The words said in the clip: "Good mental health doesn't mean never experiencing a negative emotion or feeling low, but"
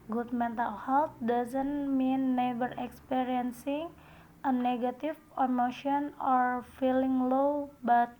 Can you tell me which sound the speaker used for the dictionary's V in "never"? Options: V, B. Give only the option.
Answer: B